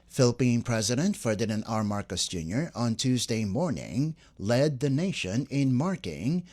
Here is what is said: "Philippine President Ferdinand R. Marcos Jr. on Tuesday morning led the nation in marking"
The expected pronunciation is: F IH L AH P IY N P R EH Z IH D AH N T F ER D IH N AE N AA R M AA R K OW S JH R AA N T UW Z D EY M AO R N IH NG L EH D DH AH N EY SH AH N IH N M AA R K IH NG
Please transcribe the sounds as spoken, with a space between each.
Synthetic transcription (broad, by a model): F IH L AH P IY N P R EH Z IH D AH N T F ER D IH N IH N AA R M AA R K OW S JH R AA N T UW Z D EY M AO R N IH NG L EH D DH AH N EY SH AH N IH N M AA R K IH NG